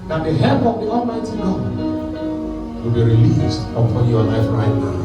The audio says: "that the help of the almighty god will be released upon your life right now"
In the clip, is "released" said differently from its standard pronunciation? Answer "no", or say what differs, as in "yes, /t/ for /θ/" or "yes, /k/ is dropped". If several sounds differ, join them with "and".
no